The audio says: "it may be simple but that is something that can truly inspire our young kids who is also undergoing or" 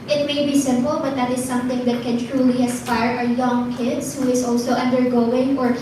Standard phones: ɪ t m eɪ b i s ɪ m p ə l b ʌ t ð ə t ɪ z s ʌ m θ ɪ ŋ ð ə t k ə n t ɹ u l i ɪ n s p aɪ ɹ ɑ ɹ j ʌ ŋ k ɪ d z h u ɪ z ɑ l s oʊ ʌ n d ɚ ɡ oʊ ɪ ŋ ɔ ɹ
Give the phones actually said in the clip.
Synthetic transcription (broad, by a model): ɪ t m eɪ b i s ɪ m p ə l b ʌ t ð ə t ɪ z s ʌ m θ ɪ ŋ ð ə t k ə n t ɹ u l i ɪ s p aɪ ɹ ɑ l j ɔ ŋ k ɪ d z h u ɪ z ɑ l s oʊ ʌ n d ɚ ɡ oʊ ɪ ŋ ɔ ɹ